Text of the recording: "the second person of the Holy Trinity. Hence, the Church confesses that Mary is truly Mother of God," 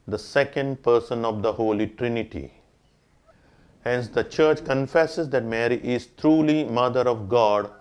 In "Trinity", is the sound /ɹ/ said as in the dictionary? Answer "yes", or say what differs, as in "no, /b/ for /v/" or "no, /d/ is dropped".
yes